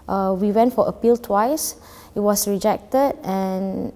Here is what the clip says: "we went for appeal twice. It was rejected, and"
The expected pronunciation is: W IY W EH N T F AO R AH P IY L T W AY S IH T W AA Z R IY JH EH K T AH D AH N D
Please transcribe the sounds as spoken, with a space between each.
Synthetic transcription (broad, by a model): W IY W EH N T F AO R AH P IY L T W AY S IH T W AA S R IY JH EH K T AH D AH N